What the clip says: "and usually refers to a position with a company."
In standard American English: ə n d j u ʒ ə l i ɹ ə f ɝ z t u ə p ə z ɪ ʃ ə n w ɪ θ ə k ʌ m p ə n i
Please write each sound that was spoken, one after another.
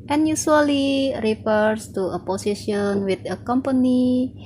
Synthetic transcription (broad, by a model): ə n j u ʃ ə l i ɹ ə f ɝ s t u ə p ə s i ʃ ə n w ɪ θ ə k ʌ m p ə n i